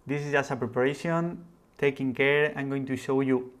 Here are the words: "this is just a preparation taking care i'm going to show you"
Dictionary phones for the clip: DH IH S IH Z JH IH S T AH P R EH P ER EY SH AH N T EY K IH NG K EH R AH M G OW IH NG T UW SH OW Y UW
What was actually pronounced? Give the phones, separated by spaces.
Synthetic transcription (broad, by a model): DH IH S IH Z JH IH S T AH P R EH P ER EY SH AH N T EY K IH NG K EH R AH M G OW IH NG T UW SH OW Y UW